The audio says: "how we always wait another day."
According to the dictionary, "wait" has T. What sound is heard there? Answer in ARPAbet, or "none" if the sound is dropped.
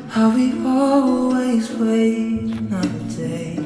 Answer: none